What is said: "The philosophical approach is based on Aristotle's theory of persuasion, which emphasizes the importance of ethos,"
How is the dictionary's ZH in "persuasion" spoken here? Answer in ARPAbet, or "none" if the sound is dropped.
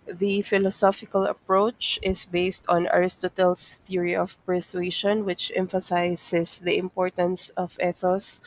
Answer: SH